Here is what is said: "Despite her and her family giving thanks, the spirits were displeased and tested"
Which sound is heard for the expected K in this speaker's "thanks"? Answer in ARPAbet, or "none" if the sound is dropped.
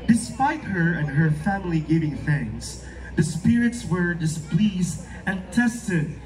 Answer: none